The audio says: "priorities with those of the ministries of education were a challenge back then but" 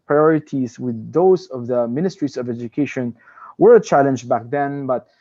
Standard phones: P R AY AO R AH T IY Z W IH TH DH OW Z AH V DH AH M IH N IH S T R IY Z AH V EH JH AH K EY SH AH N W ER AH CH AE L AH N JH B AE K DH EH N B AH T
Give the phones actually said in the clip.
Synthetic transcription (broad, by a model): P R AY AO R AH T IY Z W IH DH OW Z AH V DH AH M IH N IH S T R IY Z AH V EH JH AH K EY SH AH N W ER AH CH AE L AH N JH B AE K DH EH N B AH T